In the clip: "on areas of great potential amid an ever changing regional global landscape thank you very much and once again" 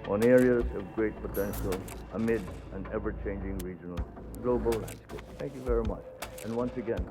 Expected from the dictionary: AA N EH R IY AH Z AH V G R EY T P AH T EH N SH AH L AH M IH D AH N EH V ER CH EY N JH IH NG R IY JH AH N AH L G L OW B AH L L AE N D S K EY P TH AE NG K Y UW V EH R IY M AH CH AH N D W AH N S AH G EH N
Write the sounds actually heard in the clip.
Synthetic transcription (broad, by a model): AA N EH R IY AH Z AH V G R EY T P AH T EH N SH AH L AH M IH D AH N EH V ER CH EY N JH IH NG R IY JH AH N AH L G L OW B AH L L AE N D S K EY P TH AE NG K Y UW V EH R IY M AH CH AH N W AH N S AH G EH N